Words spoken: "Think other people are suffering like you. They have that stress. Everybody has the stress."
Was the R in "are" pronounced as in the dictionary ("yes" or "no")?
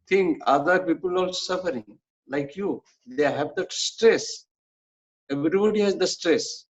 no